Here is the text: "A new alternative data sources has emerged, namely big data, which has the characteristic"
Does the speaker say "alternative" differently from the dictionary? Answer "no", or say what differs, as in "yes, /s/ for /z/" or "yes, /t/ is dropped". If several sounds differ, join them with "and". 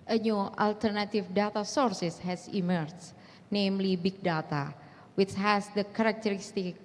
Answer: yes, /f/ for /v/